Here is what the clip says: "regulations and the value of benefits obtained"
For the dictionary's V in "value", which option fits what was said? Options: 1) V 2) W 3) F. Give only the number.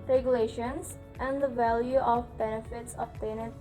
1